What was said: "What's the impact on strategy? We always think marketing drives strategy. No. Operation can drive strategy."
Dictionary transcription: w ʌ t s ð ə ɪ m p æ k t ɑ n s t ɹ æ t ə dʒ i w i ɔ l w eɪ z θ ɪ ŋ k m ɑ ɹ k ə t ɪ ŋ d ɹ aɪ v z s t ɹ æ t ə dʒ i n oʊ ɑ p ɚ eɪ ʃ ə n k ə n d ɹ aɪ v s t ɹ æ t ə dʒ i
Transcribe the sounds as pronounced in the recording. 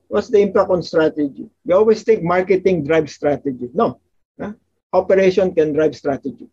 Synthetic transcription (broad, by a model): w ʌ t s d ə ɪ m p æ k t ɑ n s t ɹ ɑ t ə dʒ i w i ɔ l w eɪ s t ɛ k m ɑ ɹ k ə t ɪ ŋ d ɹ aɪ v s t ɹ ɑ t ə dʒ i n oʊ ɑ p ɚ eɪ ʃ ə n k ə n d ɹ aɪ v s t ɹ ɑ t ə dʒ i